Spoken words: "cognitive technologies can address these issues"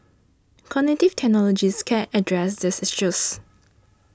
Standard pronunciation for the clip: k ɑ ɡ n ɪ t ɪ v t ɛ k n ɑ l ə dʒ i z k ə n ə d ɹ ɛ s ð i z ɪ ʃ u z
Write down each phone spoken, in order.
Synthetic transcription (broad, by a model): k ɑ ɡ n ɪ t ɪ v t ɛ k n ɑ l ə dʒ i s k ə n ə d ɹ ɛ s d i s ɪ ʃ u s